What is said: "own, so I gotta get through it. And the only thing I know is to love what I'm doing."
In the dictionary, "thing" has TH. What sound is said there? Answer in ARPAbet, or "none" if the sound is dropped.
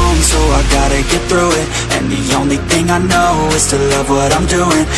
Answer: TH